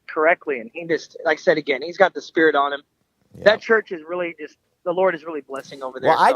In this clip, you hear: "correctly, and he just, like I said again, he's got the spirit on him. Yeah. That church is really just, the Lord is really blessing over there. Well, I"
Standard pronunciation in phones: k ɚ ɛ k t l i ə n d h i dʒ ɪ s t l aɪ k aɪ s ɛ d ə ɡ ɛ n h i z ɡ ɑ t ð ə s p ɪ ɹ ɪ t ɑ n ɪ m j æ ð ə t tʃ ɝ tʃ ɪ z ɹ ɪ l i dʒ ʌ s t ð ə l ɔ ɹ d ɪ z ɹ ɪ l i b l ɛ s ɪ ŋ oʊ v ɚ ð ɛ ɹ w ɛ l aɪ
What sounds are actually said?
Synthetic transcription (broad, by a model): k ɚ ɛ k t l i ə n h i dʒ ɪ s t l aɪ k s ɛ d ə ɡ ɛ n h i z ɡ ɑ t ð ə s p ɪ ɹ ɪ t n ɪ m ð ə t tʃ ɝ tʃ ɪ z ɹ ɪ l i dʒ ʌ s t ð ə l ɔ ɹ d ɪ z ɹ ɪ l i b l ɛ s ɪ ŋ oʊ v ɚ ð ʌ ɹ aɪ